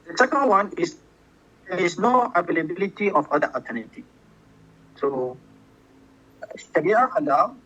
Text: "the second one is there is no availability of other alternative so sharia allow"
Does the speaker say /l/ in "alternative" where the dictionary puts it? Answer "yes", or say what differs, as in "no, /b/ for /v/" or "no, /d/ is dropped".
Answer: no, /l/ is dropped